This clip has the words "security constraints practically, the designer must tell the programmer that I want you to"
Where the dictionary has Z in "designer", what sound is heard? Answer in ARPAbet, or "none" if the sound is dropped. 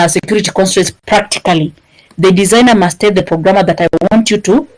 Z